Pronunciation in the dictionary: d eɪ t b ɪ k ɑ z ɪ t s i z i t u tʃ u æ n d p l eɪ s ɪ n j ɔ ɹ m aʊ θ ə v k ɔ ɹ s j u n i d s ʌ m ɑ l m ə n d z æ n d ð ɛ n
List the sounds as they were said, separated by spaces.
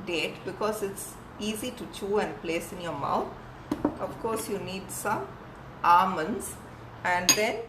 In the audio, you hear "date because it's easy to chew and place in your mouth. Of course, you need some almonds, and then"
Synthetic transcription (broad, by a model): d eɪ t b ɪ k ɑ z ɪ t s i z i t u tʃ u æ n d p l eɪ s ɪ n j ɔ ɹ m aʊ t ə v k ɔ ɹ s j u n i d s ʌ m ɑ m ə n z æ n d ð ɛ n